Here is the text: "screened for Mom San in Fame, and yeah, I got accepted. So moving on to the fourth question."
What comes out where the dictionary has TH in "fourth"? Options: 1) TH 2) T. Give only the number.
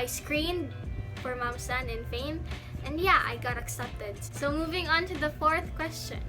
1